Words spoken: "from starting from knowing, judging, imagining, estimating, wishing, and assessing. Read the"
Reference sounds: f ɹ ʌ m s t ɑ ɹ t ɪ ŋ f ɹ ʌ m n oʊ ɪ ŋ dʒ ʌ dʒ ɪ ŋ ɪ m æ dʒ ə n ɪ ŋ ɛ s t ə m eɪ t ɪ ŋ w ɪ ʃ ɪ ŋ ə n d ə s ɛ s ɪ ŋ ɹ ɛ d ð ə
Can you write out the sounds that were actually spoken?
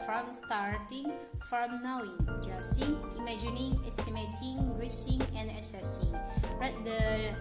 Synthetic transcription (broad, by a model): f ɹ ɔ m s t ɑ ɹ t ɪ ŋ f ɹ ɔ m n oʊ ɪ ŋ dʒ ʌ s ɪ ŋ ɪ m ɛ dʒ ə n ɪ ŋ ɛ s t ə m eɪ t ɪ ŋ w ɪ s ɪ ŋ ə n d ə s ɛ s ɪ ŋ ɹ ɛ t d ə